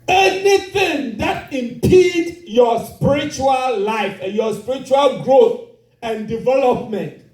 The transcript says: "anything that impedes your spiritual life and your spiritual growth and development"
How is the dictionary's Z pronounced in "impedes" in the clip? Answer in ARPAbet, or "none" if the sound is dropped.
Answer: none